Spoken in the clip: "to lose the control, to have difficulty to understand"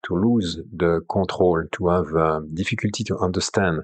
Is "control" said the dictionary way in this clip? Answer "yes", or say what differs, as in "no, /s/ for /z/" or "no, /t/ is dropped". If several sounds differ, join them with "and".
no, /n/ is dropped